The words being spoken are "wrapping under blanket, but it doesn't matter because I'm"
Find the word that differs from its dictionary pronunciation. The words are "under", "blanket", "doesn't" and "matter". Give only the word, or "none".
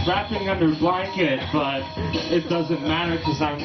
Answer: none